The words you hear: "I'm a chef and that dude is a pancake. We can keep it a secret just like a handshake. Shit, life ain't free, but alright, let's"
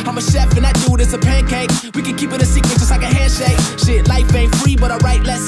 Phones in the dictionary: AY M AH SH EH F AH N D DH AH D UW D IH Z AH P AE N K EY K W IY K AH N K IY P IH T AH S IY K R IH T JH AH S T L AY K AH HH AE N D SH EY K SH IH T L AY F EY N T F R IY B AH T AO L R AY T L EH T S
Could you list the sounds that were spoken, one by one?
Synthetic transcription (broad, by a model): AY M AH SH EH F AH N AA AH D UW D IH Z AH P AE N K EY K W IY K AH N K IY P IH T AH S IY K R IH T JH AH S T L AY K AH HH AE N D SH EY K SH IH T L AY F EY F R IY B AH T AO R AY T L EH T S